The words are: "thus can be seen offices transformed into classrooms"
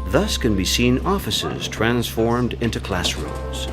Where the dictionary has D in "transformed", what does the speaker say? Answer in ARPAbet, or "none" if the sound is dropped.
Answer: D